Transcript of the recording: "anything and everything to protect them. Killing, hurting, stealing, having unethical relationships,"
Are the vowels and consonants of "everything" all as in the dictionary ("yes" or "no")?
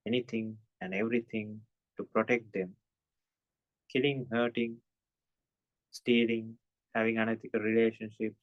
no